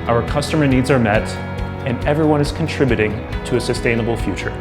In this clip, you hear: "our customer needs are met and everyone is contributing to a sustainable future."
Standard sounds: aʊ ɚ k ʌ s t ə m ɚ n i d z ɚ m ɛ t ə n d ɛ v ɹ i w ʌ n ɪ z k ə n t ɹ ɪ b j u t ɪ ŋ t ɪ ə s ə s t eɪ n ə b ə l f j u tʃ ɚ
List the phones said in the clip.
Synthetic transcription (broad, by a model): aʊ ɚ k ʌ s t ə m ɚ n i d z ɚ m ɛ t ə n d ɛ v ɹ i w ʌ n ɪ z k n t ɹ ɪ b j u t ɪ ŋ t ɪ ə s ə s t eɪ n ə b l f j u tʃ ɚ